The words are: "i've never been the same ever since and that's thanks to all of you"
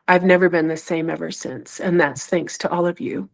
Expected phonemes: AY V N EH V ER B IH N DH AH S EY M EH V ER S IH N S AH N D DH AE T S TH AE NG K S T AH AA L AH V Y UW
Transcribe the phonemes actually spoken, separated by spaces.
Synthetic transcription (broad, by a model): AY V N EH V ER B IH N DH AH S EY M EH V ER S IH N S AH N DH AE T S TH AE NG K S T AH AA L AH V Y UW